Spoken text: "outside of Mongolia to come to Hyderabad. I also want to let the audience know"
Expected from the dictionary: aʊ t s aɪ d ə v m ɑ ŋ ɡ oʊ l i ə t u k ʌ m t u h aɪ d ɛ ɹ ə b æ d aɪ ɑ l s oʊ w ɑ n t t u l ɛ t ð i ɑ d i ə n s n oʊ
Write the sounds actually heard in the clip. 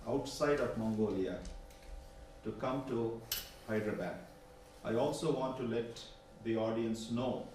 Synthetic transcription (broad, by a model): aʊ t s aɪ d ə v m ɑ ŋ ɡ oʊ l i ə t u k ʌ m t u h aɪ d ɹ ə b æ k aɪ ɑ l s oʊ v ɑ n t t u l ɛ t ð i ɑ d i ə n s n oʊ